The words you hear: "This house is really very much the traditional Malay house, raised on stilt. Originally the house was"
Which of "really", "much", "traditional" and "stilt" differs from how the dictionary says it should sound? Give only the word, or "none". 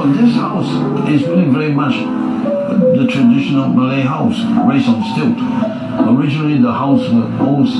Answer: really